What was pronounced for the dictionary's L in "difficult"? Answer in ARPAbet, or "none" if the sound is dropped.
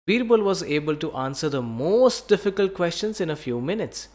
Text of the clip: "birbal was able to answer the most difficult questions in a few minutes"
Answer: L